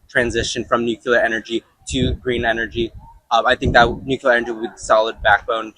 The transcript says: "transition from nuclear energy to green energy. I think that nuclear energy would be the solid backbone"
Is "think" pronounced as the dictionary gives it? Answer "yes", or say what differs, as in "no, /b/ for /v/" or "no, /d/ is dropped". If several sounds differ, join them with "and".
yes